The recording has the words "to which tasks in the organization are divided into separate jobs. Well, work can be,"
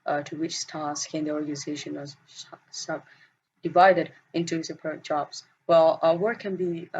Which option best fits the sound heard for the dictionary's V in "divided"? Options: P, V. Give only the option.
V